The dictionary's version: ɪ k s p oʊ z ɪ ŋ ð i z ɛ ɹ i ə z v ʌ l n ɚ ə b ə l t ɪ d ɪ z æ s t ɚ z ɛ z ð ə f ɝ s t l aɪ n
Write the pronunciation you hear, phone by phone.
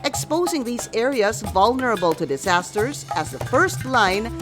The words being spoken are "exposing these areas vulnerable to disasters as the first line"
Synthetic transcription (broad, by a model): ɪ k s p oʊ z ɪ ŋ ð i z ɛ ɹ i ə z v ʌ l n ɚ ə b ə l t ɪ d ɪ z æ s t ɚ z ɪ z ð ə f ɝ s t l aɪ n